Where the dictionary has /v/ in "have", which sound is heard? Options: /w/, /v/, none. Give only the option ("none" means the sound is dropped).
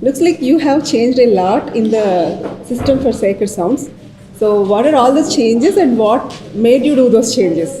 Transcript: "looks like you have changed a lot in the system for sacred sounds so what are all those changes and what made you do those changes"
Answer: /v/